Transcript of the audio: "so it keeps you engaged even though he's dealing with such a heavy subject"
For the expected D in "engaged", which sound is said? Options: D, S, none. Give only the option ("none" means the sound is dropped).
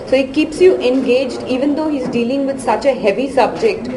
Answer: D